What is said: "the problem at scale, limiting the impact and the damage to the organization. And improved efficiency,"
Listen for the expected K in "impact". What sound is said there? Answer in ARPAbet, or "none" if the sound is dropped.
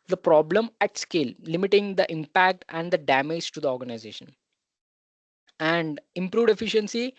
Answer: K